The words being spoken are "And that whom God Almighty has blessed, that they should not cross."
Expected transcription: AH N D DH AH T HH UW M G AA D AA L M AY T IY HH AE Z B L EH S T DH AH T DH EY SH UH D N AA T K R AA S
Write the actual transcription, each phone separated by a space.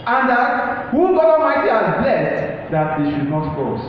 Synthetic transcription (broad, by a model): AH N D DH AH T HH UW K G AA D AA M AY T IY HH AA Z B L EH S T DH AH T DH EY SH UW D N AA T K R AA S